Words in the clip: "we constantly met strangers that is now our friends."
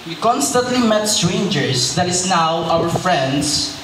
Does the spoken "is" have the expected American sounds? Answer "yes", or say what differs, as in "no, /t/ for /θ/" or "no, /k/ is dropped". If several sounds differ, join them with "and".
no, /s/ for /z/